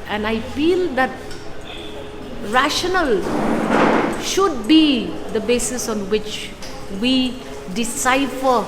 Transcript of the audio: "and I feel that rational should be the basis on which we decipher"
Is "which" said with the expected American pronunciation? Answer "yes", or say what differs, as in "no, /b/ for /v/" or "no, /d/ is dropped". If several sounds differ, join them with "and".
yes